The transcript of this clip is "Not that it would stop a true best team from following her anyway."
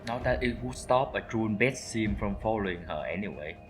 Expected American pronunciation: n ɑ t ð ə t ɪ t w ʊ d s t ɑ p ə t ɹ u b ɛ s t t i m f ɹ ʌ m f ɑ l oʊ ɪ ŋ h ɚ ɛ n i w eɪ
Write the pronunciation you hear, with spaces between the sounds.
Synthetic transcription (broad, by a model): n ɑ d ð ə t ɪ t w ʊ s t ɑ p ə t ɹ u b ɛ t s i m f ɹ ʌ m f ɑ l oʊ ɪ ŋ h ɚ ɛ n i w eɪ